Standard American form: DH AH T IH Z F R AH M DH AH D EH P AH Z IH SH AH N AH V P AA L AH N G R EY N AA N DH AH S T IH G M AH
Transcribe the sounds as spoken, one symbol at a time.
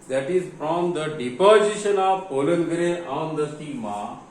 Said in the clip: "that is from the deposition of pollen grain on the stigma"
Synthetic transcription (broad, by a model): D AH T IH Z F R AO M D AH D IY P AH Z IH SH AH N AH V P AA L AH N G R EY AA N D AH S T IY M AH